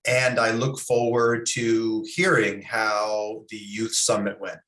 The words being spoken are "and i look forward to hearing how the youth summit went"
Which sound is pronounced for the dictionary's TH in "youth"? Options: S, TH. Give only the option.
TH